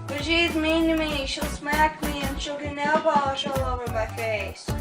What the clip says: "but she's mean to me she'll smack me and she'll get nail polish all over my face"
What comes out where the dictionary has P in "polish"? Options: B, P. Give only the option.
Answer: B